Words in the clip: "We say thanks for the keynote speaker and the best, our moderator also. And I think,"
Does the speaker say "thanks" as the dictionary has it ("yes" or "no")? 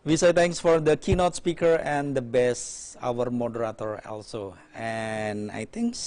no